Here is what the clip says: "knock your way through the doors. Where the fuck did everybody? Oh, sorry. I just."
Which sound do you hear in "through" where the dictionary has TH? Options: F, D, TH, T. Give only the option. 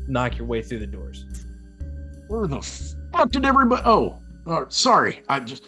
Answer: TH